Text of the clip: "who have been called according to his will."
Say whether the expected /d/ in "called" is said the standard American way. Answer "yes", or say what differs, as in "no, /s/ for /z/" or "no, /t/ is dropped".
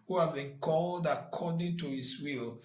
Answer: yes